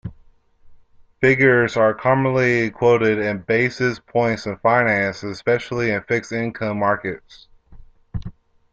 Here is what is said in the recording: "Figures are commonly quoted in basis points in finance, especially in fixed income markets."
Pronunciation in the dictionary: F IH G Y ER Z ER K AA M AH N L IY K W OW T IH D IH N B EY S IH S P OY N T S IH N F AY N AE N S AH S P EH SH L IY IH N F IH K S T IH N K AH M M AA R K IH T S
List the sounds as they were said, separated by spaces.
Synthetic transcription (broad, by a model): F IH G Y ER Z ER K AA M AH N L IY K W OW T IH D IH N B EY S IH S P OY N T S IH N F AY N AE N S AH S P EH SH L IY IH N F IH K S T IH N K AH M M AA R K IH T S